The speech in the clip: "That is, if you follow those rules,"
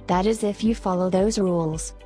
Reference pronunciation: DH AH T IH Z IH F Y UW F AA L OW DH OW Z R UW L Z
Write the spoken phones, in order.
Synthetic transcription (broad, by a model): DH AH T IH Z IH F Y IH F AA L OW DH OW Z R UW L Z